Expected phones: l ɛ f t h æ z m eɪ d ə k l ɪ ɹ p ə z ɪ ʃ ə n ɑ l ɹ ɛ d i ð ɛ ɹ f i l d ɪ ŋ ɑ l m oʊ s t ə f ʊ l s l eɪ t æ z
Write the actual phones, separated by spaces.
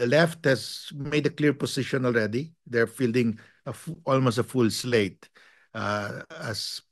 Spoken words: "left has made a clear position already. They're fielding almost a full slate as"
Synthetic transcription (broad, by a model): l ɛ f t h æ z m eɪ d ə k l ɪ ɹ p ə s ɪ ʃ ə n ɑ l ɹ ɛ d i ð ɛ ɹ f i l d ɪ ŋ ɑ l m oʊ s t ə f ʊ l s l eɪ t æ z